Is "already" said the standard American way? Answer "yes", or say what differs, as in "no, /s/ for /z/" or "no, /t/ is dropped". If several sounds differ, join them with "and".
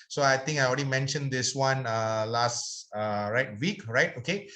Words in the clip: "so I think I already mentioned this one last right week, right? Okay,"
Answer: no, /l/ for /ɹ/